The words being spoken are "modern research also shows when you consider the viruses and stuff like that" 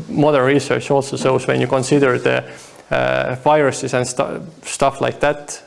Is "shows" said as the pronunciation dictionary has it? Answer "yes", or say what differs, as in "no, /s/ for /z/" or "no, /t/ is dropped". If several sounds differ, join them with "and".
no, /s/ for /ʃ/